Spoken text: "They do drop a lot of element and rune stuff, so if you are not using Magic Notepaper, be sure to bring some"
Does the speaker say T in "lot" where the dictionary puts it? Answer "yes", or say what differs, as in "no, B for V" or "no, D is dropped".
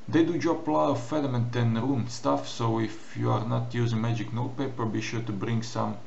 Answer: no, T is dropped